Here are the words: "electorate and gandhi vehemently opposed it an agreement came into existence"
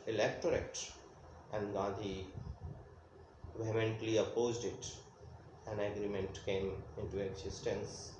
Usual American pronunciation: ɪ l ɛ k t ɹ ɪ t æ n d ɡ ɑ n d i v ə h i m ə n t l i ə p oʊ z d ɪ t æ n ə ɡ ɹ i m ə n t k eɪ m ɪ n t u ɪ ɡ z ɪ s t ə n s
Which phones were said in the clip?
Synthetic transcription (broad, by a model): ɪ l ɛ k t ɹ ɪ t æ n d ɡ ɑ d i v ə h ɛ m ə n t l i ə p oʊ z d ɪ t æ n ə ɡ ɹ i m ə n t k eɪ m ɪ n t u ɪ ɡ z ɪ s t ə n s